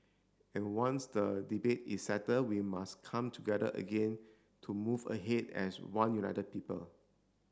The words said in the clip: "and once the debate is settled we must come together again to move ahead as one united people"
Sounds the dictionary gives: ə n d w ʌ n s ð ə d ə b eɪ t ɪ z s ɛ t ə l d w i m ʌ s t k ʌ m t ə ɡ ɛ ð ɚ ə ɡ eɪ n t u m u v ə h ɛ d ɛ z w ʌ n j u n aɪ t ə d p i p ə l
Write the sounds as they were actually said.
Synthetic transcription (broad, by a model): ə n w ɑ n s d ə d ə b eɪ t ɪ s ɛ t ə d w i m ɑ s k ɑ m t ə ɡ ɛ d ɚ ə ɡ eɪ n t u m u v ə h ɛ d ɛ s w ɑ n j u n aɪ t ə d p i p ə l